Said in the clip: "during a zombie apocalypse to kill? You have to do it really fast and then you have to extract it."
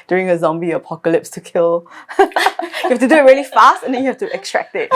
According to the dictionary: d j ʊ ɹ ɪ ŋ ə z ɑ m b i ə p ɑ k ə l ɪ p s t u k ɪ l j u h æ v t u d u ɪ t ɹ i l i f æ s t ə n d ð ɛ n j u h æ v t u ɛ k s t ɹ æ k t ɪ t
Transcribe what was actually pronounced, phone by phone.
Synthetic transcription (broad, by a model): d j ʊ ɹ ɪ ŋ ə z ɑ m b i ə p ɑ k ə l ɪ p s t u k ɪ l j u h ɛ f t u d u ɪ t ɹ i l i f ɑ s t ə n d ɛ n j u h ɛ f t u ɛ k s t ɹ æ k t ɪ t